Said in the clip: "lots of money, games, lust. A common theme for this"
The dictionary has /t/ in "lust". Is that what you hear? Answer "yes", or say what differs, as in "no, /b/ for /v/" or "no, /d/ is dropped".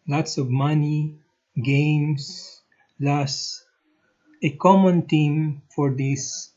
no, /t/ is dropped